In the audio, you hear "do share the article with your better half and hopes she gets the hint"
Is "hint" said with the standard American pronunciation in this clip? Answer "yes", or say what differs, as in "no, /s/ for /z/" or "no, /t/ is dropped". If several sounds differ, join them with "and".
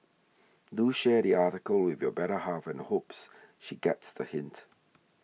yes